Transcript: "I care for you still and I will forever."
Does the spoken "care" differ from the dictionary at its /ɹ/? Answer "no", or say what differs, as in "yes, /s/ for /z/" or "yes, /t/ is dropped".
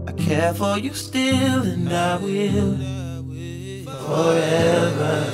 no